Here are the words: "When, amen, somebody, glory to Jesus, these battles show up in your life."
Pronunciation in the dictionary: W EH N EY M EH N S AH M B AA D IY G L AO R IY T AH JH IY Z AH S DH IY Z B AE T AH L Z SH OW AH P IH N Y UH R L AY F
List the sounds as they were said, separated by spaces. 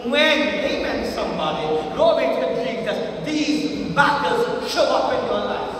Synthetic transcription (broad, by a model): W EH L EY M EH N S AH M B AA D IY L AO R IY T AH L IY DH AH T DH IY Z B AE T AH Z SH OW AH P IH N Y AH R L AY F